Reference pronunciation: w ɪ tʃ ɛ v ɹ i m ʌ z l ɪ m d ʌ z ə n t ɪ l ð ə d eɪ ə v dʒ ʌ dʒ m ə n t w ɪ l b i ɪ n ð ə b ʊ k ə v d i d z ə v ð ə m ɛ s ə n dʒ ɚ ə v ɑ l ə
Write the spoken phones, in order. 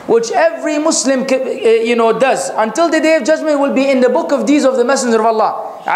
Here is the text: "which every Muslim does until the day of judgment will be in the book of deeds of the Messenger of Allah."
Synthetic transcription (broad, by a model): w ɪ tʃ ɛ v ɹ i m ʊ s l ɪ m d ʌ z ə n t ɪ l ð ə d eɪ ə v dʒ ʌ dʒ m ə n t w ɪ l b i ɪ n ð ə b ʊ k ə v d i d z ə v ð ə m ɛ s ə n dʒ ɚ ə v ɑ l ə